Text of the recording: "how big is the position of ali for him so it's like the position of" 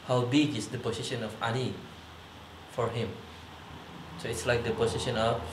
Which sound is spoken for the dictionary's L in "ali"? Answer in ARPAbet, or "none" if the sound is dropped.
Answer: N